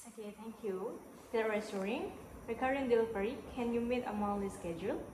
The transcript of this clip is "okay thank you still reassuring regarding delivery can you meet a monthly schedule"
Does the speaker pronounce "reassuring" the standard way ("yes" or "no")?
no